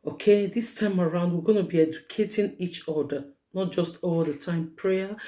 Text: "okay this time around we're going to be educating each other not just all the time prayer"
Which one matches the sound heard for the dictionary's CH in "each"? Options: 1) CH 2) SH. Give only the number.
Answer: 1